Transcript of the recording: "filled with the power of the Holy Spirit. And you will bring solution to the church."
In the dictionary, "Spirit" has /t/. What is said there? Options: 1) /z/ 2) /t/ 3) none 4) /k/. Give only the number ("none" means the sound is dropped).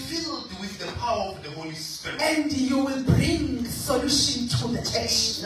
3